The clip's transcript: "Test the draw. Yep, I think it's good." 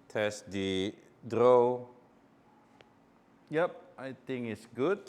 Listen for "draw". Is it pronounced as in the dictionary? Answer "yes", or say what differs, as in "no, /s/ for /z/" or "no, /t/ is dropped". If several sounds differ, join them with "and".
yes